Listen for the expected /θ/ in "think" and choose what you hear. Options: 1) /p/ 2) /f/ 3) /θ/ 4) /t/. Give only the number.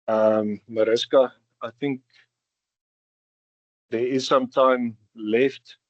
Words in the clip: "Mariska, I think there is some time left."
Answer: 3